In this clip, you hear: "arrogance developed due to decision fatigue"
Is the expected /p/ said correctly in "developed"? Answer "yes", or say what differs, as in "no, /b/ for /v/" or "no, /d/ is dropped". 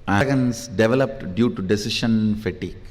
yes